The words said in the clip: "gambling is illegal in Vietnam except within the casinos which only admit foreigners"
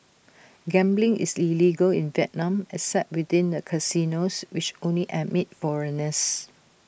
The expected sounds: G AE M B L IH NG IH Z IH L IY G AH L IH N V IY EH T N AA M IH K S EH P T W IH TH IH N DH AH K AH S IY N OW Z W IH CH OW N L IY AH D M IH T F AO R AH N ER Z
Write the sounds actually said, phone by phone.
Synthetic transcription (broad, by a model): G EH M B L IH NG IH S IH L IY G AH L IH N V IY EH T N AA M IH S EH T W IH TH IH N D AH K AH S IY N OW S W IH CH OW N L IY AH M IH T F AO R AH N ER S